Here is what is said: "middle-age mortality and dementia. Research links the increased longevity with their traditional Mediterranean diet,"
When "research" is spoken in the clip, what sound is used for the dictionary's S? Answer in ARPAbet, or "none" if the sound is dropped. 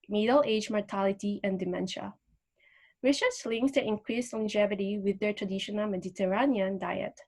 SH